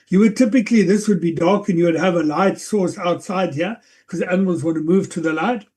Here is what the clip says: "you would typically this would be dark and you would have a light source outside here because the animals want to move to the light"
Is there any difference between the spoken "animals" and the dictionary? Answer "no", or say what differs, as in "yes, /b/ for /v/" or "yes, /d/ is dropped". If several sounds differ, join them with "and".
no